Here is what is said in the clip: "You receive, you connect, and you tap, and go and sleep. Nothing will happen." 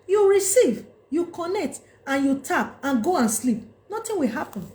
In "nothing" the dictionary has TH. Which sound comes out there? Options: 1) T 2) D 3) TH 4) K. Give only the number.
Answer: 1